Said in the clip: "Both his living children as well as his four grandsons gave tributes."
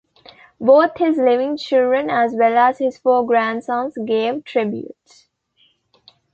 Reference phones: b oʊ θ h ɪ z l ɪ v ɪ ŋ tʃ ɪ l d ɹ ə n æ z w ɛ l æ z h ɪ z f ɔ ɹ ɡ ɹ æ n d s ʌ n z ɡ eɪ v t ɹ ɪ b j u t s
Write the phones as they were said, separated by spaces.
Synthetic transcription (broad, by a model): b oʊ t h ɪ z l ɪ v ɪ ŋ tʃ ɪ l d ɹ ə n æ z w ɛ l æ z h ɪ z f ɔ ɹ ɡ ɹ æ n d s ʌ n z ɡ eɪ v t ɹ ɪ b j u t s